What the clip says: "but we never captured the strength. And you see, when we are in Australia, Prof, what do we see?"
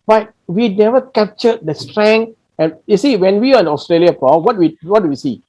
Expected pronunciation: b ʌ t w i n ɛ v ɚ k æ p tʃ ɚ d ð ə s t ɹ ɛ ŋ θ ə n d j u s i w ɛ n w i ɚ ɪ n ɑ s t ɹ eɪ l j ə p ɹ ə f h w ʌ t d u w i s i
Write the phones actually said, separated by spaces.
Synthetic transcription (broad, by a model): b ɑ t w i n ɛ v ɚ k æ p tʃ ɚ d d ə s t ɹ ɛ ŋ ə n j u s i w ɛ n w i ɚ ɪ n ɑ s t ɹ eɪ l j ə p w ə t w w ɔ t d u w i s i